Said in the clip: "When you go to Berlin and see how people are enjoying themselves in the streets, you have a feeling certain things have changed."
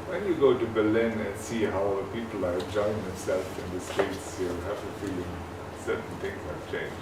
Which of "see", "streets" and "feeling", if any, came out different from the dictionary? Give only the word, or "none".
streets